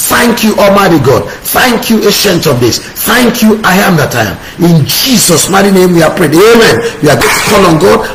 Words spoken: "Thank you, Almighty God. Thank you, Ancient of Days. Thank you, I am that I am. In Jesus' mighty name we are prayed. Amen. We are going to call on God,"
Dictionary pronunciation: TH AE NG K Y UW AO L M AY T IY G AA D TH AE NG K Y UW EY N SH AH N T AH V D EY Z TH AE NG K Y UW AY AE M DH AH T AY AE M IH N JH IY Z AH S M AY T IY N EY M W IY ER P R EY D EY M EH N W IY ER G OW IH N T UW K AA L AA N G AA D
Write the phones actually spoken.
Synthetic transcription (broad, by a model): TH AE NG K Y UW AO M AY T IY G AA D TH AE NG K Y UW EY SH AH N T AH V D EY S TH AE NG K Y UW AY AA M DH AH T AY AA M IH N JH IY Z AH S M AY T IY N EY M W IY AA P R EY D EY M EH N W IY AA G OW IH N T UW K AA L AA N G AA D